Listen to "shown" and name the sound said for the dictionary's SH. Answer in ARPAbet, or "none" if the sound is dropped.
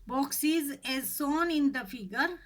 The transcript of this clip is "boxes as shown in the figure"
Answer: S